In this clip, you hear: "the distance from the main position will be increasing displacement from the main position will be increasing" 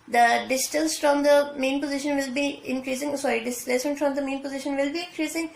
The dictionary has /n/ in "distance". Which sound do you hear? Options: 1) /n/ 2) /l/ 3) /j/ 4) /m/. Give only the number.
2